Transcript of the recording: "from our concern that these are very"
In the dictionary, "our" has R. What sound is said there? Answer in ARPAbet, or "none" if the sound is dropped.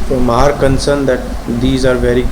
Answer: R